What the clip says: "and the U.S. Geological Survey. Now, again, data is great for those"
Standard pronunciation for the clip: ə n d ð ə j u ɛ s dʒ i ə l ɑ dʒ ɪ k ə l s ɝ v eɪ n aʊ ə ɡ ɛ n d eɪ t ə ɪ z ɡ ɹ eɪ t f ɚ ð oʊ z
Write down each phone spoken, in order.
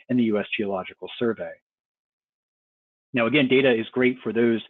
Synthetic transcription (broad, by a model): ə n ð ə j u ɛ s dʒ i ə l ɑ dʒ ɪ k l s ɝ v eɪ n aʊ ə ɡ ɛ n d eɪ t ə ɪ z ɡ ɹ eɪ t f ɚ ð oʊ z